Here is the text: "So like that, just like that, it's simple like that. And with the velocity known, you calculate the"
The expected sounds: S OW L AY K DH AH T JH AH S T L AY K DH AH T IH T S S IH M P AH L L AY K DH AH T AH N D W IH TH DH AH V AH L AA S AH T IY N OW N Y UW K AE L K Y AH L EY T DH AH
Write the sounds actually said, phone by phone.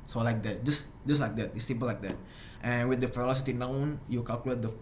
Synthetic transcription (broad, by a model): S OW L AY K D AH T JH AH S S L AY K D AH T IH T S S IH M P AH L L AY K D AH T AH N W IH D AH F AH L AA S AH T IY N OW N Y UW K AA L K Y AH L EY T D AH